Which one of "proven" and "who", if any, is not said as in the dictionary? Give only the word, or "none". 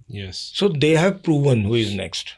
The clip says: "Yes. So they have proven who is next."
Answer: none